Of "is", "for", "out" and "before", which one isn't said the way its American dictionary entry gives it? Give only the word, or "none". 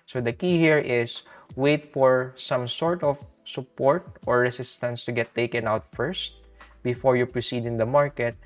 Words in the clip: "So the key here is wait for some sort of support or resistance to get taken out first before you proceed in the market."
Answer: is